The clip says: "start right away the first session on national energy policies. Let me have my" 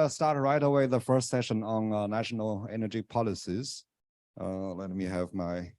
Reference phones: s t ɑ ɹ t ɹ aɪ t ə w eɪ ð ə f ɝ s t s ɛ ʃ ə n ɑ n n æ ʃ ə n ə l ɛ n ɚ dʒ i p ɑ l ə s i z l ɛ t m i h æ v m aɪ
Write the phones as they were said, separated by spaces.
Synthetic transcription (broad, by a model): s t ɑ ɹ t ɹ aɪ t ə w eɪ ð ə f ɝ s t s ɛ ʃ ə n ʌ n n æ ʃ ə n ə l ɛ n ɚ dʒ i p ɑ l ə s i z l ɛ t m i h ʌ v m aɪ